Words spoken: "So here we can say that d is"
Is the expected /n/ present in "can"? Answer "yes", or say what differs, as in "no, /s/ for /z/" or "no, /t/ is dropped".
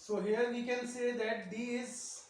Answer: no, /l/ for /n/